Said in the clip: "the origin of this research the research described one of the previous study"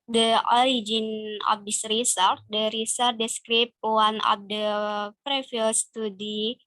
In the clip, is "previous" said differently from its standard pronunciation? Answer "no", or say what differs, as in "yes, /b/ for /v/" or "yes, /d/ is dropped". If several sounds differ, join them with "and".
yes, /f/ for /v/